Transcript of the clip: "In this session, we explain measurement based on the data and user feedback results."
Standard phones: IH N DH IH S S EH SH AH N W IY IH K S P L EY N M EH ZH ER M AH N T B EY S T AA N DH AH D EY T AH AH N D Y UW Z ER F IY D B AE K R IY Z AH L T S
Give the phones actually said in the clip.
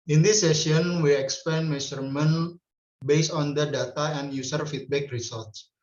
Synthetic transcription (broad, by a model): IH N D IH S S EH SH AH N W IY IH K S P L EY N M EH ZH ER M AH N B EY S AA N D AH D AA T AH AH N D Y UW S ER F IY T B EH K R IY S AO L T S